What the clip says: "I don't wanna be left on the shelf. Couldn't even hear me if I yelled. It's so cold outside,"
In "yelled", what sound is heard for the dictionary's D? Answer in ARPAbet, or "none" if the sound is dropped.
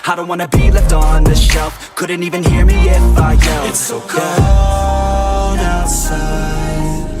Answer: none